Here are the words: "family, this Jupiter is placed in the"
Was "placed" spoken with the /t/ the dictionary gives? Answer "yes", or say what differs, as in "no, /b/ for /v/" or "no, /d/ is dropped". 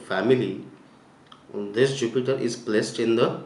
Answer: yes